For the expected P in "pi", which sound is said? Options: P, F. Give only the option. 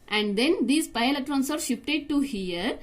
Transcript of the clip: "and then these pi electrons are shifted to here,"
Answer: P